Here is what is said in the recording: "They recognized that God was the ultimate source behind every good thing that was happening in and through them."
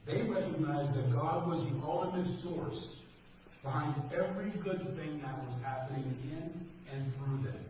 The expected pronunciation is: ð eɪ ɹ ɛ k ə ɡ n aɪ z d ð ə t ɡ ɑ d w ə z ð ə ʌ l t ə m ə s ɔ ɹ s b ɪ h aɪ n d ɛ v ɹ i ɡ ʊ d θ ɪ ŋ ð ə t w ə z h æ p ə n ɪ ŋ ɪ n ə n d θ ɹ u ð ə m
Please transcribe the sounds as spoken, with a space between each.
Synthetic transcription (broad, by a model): ð eɪ ɹ ɛ k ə ɡ n aɪ z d ð ə t ɡ ɑ d w ə z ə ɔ l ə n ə s ɔ ɹ s b ɪ h aɪ n d ɛ v ɹ i ɡ ʊ d θ ɪ ŋ ð ə t w ə z h æ p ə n ɪ ŋ ɪ n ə n θ ɹ u ð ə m